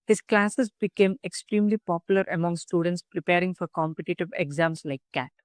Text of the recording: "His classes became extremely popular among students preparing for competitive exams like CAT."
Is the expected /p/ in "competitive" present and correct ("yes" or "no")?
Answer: yes